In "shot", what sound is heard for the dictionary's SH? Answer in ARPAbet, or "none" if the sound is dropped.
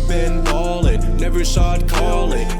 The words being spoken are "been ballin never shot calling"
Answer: S